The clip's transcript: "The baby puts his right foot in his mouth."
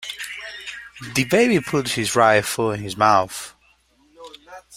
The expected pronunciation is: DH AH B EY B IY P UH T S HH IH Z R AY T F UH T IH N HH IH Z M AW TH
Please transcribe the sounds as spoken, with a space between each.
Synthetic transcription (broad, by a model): DH AH B EY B IY P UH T HH IH Z R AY F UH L IH N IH Z M AW TH